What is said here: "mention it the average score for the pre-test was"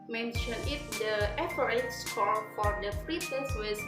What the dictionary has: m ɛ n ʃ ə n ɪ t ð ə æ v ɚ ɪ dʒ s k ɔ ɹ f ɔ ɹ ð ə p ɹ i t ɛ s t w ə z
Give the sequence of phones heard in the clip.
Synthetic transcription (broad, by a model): m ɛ n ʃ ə n ɪ t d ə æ p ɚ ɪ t s k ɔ l f ɔ ɹ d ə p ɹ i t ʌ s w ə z